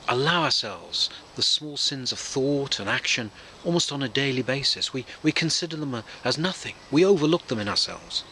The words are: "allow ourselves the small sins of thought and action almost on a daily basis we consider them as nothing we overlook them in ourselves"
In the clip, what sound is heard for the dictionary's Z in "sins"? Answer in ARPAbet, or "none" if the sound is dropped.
Z